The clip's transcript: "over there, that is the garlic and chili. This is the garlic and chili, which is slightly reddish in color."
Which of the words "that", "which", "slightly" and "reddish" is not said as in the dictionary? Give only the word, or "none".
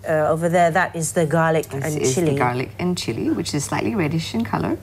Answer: none